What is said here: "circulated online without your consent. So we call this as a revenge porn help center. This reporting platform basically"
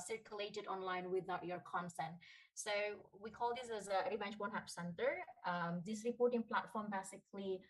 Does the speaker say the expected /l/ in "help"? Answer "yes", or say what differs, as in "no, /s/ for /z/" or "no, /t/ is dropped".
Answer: no, /l/ is dropped